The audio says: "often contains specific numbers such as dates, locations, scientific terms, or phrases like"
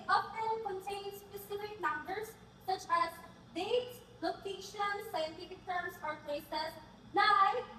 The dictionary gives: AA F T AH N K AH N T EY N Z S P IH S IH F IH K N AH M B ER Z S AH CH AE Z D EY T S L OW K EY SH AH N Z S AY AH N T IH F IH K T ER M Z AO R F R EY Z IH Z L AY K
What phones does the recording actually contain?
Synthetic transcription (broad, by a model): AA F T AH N K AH N T EY N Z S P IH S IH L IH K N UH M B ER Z S AH CH AE Z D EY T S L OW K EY SH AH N S AY AH N T IH F IH K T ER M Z AO R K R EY S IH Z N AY